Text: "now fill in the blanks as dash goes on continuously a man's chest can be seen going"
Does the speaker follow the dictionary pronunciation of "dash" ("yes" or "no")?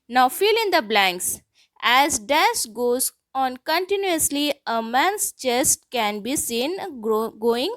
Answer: no